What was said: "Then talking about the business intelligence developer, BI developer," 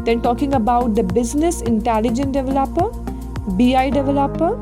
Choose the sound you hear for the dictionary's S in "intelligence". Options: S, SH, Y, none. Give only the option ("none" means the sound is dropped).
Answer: none